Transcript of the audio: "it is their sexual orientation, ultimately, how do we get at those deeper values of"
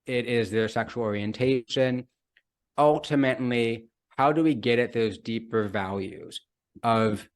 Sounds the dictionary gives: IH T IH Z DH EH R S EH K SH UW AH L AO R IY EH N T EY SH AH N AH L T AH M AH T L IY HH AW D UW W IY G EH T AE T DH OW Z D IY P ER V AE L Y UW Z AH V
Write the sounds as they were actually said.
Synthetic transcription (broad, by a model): IH T IH Z DH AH R S EH K SH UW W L AO R IY EH N T EY SH AH N AH L T AH M AH T L IY HH AW D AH W IY G EH T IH T DH OW Z D IY P ER V AE L Y UW Z AH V